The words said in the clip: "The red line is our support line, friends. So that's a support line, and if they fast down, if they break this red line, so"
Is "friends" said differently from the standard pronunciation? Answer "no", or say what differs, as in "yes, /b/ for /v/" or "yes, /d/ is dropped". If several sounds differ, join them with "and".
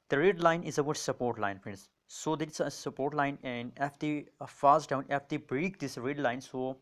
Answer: yes, /ɹ/ is dropped